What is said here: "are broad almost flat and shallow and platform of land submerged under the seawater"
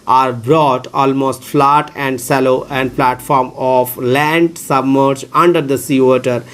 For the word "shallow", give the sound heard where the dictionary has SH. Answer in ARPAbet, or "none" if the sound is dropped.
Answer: S